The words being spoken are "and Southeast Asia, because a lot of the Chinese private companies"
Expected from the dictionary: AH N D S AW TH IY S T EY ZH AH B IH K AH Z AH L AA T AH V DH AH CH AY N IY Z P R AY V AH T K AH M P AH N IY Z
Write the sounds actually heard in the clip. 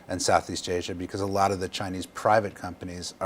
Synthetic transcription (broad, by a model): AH N S AW TH IY S T EY ZH AH B IH K AH Z AH L AA T AH V DH AH CH AY N IY Z P R AY V AH T K AH M P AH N IY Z